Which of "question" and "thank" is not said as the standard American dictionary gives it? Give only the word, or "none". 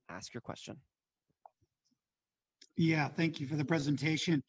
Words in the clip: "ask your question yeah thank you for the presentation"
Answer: none